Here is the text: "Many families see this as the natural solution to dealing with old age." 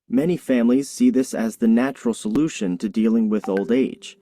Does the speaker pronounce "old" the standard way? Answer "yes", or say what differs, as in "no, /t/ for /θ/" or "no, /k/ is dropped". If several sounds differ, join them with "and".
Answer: yes